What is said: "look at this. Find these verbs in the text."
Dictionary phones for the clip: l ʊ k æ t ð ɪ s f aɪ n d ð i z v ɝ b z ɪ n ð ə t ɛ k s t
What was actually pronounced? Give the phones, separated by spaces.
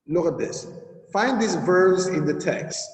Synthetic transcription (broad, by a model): l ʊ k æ t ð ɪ s f aɪ n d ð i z v ɝ b z ɪ n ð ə t ɛ k s t